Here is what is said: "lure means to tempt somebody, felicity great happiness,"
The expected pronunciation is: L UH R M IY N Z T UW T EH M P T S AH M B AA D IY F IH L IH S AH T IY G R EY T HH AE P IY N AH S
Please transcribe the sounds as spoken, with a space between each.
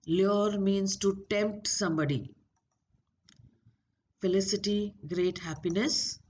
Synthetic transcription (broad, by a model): L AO R M IY N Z T UW T EH M P T S AH M B AA D IY F IH L IH S AH T IY G R EY T HH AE P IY N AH S